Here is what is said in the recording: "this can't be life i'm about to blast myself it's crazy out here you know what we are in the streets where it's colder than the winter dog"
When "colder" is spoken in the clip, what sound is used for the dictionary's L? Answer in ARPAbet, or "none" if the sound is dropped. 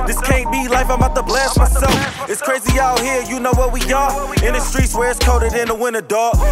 none